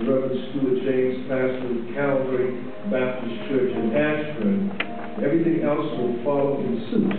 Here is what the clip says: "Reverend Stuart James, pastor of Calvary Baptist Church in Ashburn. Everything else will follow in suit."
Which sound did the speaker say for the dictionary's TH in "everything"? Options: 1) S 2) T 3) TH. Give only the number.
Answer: 3